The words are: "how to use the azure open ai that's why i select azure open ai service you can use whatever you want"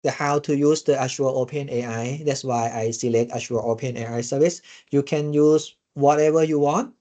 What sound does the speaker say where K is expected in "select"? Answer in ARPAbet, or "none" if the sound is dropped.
K